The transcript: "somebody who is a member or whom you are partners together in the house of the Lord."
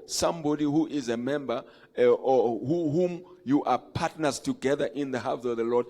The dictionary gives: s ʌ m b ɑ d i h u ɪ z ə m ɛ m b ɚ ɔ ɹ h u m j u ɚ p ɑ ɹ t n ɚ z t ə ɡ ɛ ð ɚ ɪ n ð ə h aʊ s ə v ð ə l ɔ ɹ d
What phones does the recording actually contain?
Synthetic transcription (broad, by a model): s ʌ m b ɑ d i h u ɪ z ə m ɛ m b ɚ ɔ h h u m j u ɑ p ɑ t n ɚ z t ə ɡ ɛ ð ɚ ɪ n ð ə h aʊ θ ə v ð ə l ɔ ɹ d